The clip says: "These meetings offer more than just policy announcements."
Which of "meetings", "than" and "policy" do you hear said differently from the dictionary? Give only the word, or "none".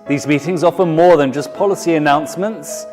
none